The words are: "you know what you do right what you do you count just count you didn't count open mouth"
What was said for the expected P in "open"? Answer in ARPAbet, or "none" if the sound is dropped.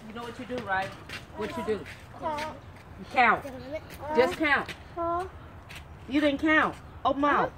none